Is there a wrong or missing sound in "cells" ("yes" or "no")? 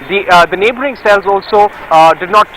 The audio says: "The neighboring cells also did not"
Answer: no